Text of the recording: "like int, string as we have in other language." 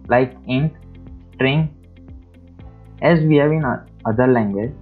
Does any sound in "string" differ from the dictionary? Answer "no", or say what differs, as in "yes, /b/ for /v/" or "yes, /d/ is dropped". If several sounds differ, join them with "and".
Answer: no